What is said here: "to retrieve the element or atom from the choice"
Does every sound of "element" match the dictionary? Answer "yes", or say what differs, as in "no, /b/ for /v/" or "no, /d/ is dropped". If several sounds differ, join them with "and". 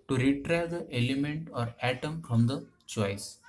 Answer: yes